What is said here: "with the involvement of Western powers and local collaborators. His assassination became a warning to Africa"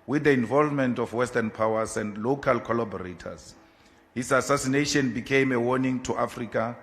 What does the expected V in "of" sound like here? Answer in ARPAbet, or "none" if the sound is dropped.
F